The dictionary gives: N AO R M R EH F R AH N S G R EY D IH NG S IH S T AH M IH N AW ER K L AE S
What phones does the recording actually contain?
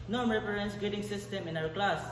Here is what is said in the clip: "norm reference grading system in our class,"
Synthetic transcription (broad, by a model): N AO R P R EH R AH N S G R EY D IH NG S IH S T AH M IH N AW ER K L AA S